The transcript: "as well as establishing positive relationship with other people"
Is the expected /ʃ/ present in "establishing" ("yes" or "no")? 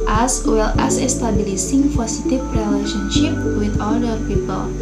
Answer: no